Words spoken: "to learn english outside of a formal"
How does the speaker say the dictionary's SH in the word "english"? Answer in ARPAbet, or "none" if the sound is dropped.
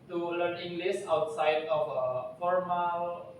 S